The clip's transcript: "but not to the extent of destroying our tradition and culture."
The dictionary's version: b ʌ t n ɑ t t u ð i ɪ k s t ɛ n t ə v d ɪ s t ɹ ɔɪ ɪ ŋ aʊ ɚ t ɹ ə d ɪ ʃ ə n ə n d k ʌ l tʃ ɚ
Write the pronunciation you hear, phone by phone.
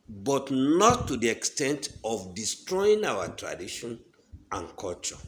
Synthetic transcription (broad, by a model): b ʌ t n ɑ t t u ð i ɪ k s t ɛ n t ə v d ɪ s t ɹ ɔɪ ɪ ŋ aʊ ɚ t ɹ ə d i ʃ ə n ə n k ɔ l tʃ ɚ